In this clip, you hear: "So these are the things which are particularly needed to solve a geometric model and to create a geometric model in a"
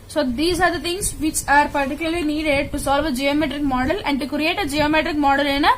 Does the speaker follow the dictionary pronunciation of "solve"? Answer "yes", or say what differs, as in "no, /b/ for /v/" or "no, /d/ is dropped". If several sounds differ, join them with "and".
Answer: yes